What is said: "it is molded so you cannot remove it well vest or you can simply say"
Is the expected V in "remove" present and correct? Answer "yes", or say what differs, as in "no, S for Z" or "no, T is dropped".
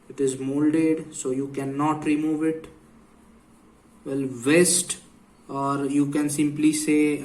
yes